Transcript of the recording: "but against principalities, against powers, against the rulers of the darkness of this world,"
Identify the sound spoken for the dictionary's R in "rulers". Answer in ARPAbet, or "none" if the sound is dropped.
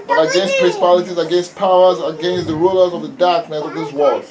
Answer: R